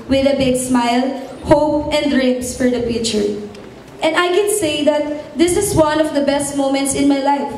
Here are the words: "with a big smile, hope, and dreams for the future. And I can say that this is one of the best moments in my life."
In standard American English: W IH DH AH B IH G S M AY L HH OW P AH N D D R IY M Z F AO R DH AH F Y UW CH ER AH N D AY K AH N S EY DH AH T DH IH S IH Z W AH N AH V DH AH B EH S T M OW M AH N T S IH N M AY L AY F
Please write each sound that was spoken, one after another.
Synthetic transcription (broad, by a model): W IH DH AH B IH G S M AY L HH OW P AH N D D R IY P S F AO R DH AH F Y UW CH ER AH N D AY K AH N S EY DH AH T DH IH S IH S W AH N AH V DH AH B EH S T M OW M AH N T S IH N M AY L AY F